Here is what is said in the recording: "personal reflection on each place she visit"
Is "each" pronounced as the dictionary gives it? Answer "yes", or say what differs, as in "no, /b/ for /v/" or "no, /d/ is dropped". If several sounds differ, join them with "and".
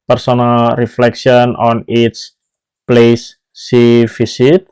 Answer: no, /s/ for /tʃ/